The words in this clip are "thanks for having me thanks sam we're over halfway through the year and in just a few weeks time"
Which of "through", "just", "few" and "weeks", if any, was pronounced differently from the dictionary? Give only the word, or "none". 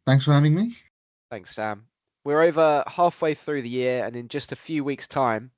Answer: none